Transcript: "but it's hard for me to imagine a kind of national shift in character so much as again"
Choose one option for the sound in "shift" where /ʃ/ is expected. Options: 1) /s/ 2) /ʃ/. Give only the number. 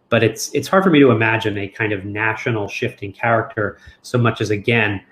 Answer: 2